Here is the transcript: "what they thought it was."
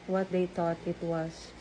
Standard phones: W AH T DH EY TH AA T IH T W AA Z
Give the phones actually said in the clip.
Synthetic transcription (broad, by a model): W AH T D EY T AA T IH T W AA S